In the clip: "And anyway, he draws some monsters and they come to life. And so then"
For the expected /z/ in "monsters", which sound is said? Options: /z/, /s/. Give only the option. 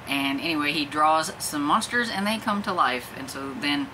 /z/